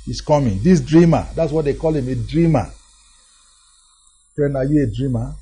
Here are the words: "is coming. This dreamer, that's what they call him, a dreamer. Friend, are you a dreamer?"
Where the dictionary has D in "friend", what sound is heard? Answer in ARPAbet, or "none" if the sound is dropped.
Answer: none